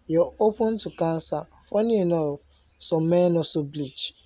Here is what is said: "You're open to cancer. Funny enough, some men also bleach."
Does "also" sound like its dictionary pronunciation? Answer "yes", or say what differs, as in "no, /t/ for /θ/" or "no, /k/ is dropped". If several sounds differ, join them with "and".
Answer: no, /l/ is dropped